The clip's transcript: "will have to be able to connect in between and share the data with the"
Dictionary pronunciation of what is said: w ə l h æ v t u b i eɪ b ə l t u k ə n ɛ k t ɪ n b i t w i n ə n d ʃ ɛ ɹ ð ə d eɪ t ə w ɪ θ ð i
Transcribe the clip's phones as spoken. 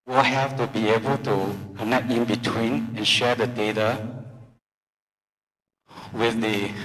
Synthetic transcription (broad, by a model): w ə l h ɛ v t u b i eɪ b ə l t u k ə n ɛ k ɪ n b i t w i n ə n ʃ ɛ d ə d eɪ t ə w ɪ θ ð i